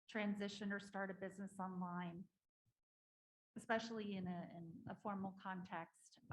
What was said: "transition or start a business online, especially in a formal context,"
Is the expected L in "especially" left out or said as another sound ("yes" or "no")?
yes